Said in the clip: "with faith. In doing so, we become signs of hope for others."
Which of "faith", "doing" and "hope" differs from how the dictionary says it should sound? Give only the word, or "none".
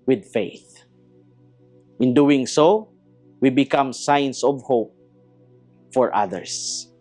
none